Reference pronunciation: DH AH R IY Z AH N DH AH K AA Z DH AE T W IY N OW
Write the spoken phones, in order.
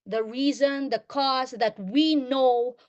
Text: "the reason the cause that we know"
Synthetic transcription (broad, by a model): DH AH R IY Z AH N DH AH K AA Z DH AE T W IY N OW